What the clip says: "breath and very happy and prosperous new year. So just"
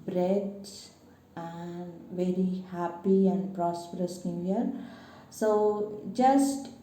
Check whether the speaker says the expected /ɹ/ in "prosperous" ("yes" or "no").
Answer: yes